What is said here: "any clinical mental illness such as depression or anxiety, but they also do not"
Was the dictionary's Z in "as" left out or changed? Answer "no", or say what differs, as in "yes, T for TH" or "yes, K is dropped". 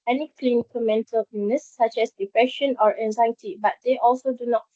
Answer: yes, S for Z